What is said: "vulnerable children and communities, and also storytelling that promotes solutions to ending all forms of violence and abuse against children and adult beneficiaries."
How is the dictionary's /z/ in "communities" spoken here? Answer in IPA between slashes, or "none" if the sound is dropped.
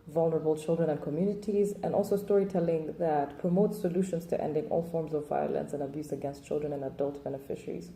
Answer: /z/